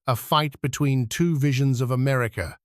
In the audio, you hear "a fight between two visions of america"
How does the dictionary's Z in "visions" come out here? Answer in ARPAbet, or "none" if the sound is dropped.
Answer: Z